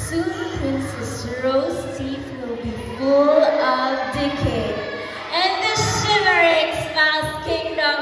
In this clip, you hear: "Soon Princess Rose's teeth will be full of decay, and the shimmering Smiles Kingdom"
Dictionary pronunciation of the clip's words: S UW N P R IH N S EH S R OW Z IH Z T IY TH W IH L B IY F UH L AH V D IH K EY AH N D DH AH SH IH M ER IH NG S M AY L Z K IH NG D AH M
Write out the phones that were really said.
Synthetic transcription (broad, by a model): S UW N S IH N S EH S R OW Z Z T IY F W IH L B IY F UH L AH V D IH K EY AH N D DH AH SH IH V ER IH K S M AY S K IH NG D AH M